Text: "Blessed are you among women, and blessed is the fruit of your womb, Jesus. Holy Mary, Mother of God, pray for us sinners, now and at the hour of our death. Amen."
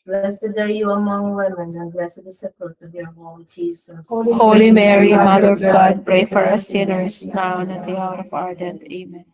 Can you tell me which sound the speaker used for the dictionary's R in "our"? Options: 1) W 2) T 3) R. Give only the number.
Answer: 3